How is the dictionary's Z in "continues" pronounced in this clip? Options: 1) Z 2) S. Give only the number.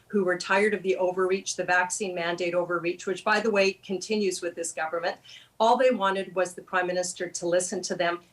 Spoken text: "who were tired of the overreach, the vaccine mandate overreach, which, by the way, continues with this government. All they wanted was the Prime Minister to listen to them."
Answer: 1